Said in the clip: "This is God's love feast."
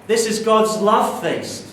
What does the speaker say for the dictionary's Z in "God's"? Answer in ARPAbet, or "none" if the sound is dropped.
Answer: Z